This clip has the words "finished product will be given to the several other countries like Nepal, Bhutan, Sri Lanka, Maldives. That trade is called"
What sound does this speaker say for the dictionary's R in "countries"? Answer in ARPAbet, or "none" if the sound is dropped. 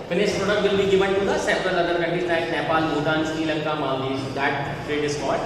none